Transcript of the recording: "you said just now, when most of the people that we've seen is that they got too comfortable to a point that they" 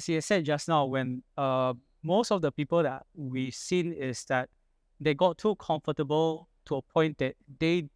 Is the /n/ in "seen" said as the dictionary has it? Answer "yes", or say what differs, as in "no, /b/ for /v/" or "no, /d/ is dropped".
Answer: yes